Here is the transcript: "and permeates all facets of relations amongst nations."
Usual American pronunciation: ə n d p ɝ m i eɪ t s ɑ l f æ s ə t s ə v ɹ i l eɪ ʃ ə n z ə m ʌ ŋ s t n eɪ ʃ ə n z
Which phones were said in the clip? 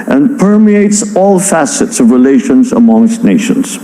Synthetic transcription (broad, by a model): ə n p ɝ m i eɪ t s ɑ l f æ s ə t s ə v ɹ i l eɪ ʃ ə n z ə m ʌ ŋ s t n eɪ ʃ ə n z